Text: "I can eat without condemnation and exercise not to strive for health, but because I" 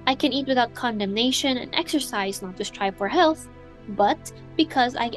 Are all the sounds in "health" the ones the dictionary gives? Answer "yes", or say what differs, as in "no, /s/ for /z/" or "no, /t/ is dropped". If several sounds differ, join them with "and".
yes